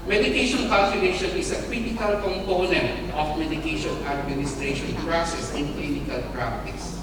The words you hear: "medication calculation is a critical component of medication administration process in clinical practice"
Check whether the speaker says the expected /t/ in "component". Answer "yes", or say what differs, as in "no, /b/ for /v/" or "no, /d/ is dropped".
yes